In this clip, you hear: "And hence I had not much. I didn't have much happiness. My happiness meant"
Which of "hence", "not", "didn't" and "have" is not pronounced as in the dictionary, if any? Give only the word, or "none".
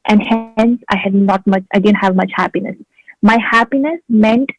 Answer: none